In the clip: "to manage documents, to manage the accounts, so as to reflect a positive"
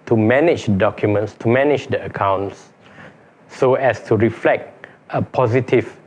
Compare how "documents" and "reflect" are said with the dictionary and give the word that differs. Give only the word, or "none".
none